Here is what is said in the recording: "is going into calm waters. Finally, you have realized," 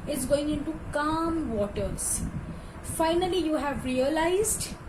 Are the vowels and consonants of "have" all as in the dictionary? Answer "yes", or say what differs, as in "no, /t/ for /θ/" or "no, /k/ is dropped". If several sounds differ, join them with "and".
yes